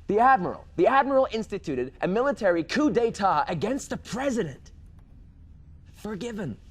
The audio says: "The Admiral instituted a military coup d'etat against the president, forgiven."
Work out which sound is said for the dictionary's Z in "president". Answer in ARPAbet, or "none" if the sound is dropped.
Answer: Z